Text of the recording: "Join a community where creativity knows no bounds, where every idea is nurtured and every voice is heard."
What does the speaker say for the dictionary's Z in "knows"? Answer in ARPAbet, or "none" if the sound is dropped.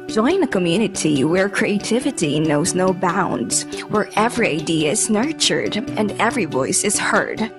Z